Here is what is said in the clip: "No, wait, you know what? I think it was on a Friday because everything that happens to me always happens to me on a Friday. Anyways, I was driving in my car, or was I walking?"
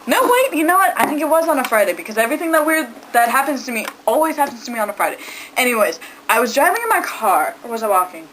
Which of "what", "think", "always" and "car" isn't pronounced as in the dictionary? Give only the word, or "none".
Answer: none